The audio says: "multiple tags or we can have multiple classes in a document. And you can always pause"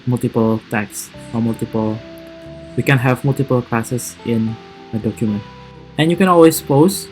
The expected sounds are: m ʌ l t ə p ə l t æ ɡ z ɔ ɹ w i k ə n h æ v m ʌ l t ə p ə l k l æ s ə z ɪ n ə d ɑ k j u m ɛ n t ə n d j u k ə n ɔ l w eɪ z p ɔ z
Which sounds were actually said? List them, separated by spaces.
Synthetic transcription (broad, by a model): m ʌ l t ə p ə l t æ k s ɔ l w i k ə n h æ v m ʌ l t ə p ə l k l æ s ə s ɪ n ə d ɑ k j u m ɛ n t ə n j u k ə n ɔ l w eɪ s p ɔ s